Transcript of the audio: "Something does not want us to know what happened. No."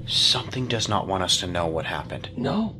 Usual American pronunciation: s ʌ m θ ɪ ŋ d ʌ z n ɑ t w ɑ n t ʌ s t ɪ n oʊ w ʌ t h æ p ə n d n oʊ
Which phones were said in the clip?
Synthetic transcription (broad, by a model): s ʌ m θ ɪ ŋ d ʌ z n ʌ t w ɑ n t ʌ s t ɪ n oʊ w ʌ t h æ p ə n d n oʊ